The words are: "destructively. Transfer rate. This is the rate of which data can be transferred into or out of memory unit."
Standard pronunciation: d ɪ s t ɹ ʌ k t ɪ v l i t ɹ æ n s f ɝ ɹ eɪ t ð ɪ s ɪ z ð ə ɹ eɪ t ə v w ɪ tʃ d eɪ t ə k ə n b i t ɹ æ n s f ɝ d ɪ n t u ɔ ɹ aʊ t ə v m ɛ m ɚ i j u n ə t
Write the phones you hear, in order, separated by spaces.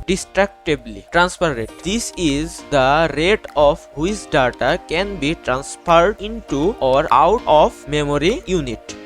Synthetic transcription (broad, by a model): d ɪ s t ɹ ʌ k t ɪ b l i t ɹ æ n s p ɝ ɹ eɪ t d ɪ s ɪ z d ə ɹ eɪ t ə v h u s d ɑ t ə k ə n b i t ɹ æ n s p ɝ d ɪ n t u ɔ ɹ aʊ t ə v m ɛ m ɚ i j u n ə t